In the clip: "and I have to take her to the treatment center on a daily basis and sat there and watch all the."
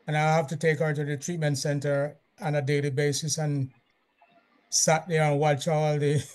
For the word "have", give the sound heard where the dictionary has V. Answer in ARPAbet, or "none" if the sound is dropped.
F